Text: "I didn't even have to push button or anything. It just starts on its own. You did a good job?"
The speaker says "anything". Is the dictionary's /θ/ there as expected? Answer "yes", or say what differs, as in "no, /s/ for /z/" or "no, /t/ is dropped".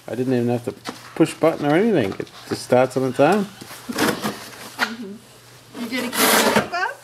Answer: yes